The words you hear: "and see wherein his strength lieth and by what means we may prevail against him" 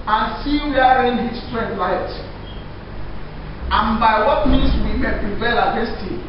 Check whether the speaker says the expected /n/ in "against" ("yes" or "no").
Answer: no